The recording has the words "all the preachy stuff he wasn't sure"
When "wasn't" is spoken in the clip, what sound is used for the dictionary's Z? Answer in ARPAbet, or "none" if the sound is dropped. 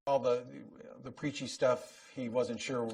Z